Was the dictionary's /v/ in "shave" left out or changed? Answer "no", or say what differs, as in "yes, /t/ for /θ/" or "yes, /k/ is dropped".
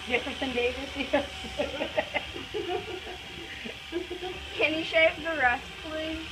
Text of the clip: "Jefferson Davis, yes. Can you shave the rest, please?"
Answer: yes, /p/ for /v/